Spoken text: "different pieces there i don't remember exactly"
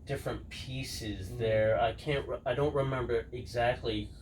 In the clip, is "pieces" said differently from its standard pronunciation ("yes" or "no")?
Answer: no